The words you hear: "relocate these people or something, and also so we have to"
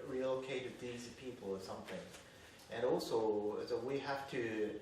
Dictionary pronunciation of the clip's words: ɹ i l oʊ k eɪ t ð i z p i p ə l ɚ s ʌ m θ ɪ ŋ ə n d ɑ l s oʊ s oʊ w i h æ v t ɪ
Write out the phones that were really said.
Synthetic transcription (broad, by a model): ɹ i l oʊ k eɪ t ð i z p i p l ɚ s ʌ m θ ɪ ŋ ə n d ɑ l s oʊ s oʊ w i h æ f t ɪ